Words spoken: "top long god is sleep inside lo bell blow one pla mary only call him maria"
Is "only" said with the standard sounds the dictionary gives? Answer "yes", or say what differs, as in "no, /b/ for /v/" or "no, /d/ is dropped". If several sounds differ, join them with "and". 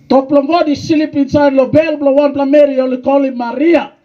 no, /n/ is dropped